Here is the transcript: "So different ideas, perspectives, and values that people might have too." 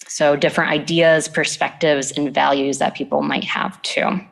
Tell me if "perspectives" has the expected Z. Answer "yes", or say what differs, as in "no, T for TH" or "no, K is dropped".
yes